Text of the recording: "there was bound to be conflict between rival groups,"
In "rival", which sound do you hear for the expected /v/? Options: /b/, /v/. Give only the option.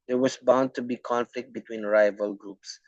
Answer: /v/